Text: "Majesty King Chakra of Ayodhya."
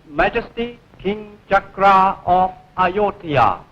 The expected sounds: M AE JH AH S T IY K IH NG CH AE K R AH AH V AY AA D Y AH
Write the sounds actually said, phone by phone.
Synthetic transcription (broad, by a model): M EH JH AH S T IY K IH NG CH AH K R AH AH F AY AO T Y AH